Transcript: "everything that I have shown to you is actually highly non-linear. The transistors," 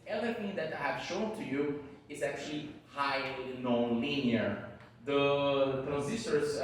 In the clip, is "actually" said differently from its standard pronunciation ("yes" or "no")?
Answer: no